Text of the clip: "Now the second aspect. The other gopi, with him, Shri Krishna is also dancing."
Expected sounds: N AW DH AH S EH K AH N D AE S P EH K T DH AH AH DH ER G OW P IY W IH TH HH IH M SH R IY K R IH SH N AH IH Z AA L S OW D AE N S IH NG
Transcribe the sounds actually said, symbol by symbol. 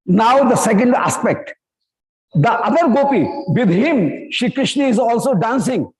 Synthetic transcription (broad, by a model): N AW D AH S EH K AH N D AE S P EH K T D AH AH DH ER G OW P IY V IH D HH IH M SH IY K R IH SH N AH IH Z AA L S OW D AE N S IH NG